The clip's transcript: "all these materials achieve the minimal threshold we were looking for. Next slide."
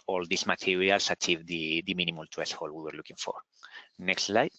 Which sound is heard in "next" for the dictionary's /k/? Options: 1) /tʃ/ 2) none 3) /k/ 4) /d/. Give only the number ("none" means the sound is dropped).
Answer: 3